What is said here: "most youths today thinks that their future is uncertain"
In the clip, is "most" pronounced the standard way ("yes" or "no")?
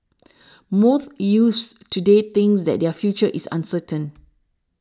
no